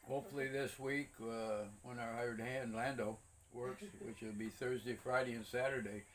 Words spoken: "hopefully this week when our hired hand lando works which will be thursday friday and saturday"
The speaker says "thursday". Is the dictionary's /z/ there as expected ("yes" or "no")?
yes